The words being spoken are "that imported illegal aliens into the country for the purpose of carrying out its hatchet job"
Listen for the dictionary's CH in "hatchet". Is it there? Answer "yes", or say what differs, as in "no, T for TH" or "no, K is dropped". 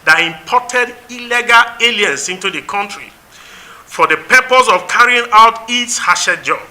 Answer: no, SH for CH